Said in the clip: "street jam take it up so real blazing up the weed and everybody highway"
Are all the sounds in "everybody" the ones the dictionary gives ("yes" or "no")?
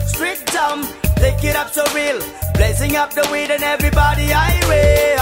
yes